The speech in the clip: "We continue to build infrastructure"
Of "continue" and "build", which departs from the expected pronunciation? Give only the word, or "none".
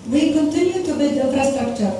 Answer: build